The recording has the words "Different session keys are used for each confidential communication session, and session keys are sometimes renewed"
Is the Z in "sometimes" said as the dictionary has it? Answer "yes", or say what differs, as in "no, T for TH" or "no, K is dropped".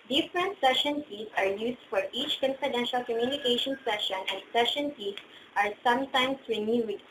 no, S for Z